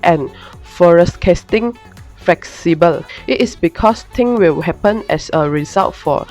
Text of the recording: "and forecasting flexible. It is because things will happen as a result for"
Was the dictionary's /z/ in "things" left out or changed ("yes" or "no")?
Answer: yes